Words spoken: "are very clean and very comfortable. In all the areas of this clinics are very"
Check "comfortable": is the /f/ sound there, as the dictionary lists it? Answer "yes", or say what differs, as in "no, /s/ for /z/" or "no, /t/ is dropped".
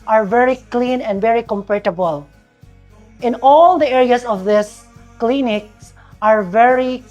no, /p/ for /f/